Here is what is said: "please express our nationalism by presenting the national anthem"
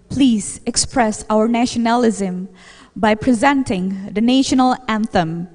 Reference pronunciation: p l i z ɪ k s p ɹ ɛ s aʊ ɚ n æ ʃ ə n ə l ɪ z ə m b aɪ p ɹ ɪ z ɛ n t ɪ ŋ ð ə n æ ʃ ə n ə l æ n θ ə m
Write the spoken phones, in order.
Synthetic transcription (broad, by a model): p l i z ɪ k s p ɹ ɛ s aʊ ɚ n æ ʃ ə n ə l ɪ z ə m b aɪ p ɹ ɪ z ɛ n t ɪ ŋ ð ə n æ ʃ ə n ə l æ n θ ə m